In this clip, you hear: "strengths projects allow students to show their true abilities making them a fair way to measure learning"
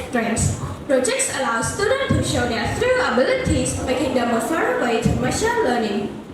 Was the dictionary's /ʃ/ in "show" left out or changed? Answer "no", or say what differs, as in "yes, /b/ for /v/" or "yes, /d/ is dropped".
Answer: no